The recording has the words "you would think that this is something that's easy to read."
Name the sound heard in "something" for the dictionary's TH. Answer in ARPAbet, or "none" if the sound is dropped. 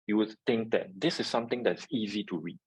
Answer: T